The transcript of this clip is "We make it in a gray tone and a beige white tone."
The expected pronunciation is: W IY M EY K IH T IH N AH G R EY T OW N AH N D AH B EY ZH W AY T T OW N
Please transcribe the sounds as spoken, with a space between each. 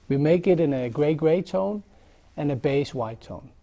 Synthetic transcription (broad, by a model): W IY M EY K IH T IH N AH G R EY T OW N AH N AH B EY S W AY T T OW N